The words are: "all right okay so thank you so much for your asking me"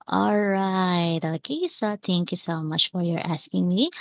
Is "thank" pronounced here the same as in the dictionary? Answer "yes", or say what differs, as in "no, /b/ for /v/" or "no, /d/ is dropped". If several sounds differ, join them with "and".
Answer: no, /t/ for /θ/